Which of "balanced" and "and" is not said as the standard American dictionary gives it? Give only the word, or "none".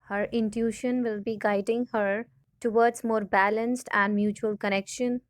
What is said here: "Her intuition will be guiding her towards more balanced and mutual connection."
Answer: none